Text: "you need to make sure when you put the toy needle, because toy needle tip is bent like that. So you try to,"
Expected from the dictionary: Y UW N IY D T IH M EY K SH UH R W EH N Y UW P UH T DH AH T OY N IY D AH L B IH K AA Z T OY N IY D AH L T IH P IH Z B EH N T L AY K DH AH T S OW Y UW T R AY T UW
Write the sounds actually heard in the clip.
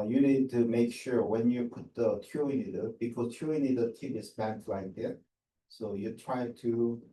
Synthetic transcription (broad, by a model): Y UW N IY D T IH M EY K SH UH R W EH N Y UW P UH T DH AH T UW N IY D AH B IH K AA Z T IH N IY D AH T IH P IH S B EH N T L AY K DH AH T S OW Y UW T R AY T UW